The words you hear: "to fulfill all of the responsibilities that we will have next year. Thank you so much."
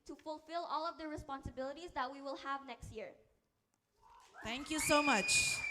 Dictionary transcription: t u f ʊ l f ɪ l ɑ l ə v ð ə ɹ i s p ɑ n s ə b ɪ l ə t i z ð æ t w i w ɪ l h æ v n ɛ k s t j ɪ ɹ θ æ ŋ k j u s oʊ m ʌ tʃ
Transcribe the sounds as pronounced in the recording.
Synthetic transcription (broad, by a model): t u f ʊ l f ɪ l ɑ l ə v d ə ɹ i s p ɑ n s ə b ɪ l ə t i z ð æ t w i w ɪ l h æ v n ɛ k s t j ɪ ɹ t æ ŋ k j u s oʊ m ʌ tʃ